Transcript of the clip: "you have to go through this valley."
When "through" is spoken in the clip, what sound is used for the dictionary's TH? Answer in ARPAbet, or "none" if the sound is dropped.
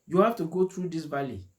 T